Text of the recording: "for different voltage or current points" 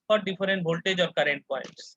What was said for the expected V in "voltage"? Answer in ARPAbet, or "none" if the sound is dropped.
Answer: B